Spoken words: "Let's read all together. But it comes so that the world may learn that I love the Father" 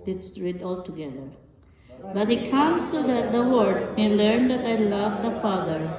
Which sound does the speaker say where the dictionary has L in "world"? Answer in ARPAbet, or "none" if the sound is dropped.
none